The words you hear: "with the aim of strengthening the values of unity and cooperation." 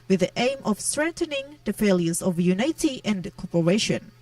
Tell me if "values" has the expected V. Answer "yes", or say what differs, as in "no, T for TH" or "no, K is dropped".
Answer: no, F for V